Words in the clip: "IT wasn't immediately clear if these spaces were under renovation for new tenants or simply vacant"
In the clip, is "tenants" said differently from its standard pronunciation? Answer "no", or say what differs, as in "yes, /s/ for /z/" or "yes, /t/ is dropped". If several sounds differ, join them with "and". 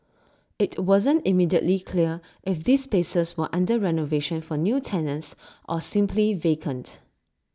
yes, /s/ is dropped